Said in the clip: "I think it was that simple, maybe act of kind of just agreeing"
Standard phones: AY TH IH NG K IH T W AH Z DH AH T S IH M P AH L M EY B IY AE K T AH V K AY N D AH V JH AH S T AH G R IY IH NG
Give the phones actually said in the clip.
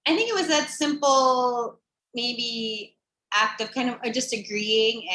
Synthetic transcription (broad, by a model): AY TH IH NG K IH T W AH Z DH AH T S IH M P L M EY B IY AE K T AH V K AY N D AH V JH AH S T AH G R IY IH NG